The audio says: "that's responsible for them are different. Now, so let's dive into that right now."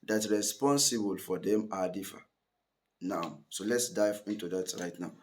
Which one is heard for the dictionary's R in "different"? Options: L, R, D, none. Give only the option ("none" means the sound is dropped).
none